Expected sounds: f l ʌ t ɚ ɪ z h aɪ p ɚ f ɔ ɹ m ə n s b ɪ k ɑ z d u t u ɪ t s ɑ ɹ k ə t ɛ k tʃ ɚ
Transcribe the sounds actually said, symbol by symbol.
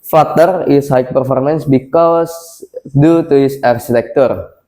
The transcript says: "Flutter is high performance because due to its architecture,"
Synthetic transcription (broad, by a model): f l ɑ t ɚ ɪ s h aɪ p ɚ f ɔ ɹ m ə n s b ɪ k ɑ s d u t u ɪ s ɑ ɹ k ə t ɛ k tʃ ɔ